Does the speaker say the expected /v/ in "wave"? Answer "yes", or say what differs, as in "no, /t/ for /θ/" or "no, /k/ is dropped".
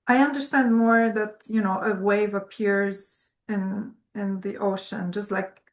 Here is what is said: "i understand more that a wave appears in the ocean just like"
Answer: yes